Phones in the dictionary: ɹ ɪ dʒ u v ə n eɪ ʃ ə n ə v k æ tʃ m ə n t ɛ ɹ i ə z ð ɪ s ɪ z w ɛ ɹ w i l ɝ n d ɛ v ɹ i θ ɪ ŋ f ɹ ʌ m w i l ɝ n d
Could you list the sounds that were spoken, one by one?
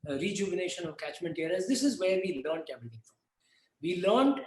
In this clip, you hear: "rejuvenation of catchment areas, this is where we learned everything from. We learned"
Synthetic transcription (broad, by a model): ɹ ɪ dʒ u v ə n eɪ ʃ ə n ə v k æ tʃ m ə n t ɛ ɹ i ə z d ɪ s ɪ z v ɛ ɹ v i l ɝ n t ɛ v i t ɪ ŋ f ɹ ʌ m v i l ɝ n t